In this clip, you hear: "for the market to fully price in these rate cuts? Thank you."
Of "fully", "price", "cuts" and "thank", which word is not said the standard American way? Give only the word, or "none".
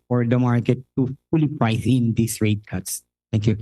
thank